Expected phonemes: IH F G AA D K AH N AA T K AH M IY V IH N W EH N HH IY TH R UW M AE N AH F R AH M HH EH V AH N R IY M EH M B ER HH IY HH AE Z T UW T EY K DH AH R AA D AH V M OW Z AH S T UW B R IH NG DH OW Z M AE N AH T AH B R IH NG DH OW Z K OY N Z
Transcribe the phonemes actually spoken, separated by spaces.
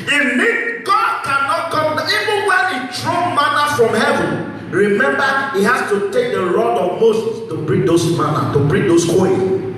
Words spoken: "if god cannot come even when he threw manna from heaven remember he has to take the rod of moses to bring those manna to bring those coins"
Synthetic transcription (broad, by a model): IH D G AA D K AH N AA T K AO M IY V IH N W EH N HH IY T R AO M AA N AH F R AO M HH EH V AH N R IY M EH M B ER HH IY HH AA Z T UW T EY K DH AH R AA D AH V M OW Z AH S T UW B R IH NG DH OW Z M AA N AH T AH B R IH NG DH OW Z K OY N